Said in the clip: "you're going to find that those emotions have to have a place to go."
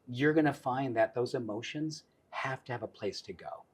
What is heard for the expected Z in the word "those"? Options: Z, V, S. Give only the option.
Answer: Z